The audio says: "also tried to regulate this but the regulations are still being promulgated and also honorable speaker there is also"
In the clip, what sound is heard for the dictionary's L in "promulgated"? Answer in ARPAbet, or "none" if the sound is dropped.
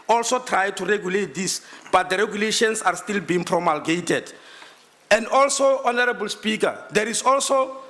L